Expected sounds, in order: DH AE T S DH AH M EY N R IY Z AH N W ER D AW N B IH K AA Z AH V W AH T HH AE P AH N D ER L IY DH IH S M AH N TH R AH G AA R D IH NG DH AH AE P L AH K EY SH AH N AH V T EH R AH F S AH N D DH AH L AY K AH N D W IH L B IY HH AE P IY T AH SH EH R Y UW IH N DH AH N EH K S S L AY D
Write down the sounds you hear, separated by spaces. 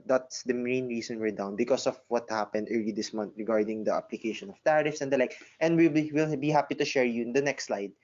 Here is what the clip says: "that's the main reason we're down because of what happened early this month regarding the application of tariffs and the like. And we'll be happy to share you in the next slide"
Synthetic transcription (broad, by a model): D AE T S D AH M EY N R IY S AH N W ER D AW N B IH K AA S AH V W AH T HH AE P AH N D ER L IY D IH S M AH N T R AH G AA R D IH NG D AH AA P L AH K EY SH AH N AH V T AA R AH F S AH N D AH L AY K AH N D W IH L B IY HH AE P IY T AH SH EH R Y UW IH N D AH N EH K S S L AY D